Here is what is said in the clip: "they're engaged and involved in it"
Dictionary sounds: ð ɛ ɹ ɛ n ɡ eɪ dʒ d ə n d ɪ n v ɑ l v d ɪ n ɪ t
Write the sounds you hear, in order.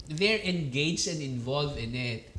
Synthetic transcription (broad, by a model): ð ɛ ɹ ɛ n ɡ eɪ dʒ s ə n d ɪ n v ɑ l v ɪ n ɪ t